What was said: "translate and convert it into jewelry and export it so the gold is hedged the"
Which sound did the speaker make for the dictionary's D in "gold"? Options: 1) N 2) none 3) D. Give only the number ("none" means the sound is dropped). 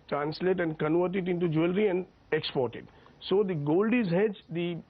3